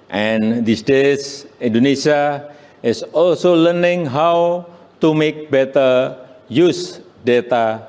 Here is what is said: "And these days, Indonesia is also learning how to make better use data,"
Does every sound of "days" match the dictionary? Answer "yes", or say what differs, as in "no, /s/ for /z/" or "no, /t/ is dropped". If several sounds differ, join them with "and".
no, /s/ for /z/